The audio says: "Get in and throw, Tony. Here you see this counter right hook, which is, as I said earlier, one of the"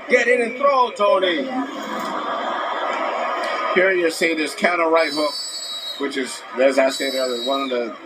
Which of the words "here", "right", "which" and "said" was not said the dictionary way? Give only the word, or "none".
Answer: said